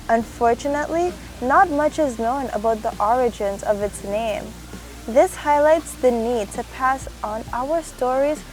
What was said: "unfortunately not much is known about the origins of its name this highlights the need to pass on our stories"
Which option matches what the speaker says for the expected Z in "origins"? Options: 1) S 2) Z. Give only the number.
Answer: 2